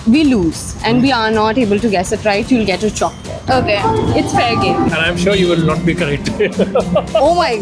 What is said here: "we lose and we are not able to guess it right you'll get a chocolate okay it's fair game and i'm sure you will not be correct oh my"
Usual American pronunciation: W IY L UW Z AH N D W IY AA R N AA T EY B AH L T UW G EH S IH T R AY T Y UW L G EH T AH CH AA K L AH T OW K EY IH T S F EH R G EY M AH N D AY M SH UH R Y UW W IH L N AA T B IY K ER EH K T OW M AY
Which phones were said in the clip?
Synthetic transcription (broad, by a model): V IY L UW Z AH N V IY AA R N AA T EY B AH L T UW G EH S IH T R AY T Y UW L G EH T AH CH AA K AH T OW K EY IH T S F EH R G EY AH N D AY M SH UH R Y UW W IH L N AA T B IY K ER EH K T OW M AY